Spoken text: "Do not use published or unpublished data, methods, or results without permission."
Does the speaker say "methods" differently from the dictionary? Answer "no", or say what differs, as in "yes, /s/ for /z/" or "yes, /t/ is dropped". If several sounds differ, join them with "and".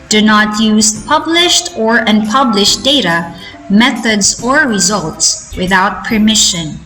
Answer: no